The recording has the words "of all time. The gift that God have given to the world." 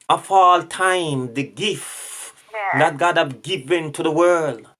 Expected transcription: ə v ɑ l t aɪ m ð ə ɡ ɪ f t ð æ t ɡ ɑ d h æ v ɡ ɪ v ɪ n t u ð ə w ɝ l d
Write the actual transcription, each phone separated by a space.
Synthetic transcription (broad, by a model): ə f ɑ l t aɪ m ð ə ɡ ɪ f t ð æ t ɡ ɑ d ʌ p ɡ ɪ v ɪ n t u ð ə w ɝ l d